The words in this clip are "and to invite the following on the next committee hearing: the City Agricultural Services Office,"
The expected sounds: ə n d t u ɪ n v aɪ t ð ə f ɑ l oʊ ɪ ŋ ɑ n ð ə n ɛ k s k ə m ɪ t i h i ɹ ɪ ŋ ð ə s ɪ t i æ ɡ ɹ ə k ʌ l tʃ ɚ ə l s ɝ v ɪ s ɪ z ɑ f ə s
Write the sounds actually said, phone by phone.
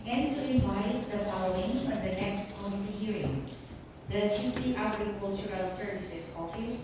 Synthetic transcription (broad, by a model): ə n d t u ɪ v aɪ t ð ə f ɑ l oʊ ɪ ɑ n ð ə n ɛ k s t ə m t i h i ɹ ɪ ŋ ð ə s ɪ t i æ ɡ ɹ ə k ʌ l tʃ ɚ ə l s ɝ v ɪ s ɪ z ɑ f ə s